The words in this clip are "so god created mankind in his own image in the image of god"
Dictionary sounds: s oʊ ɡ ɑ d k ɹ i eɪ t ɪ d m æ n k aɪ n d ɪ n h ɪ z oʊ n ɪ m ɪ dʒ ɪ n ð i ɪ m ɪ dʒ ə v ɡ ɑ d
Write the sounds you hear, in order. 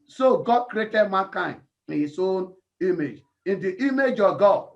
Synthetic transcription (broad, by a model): s oʊ ɡ ɑ d k ɹ i eɪ t ɪ d m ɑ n k aɪ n ɪ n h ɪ s oʊ n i m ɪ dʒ ɪ n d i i m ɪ dʒ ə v ɡ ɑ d